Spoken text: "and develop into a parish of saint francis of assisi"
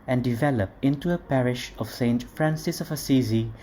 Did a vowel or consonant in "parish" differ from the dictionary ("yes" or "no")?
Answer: no